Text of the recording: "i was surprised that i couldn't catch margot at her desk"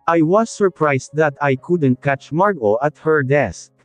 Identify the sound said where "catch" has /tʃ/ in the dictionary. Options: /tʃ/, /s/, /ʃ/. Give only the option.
/tʃ/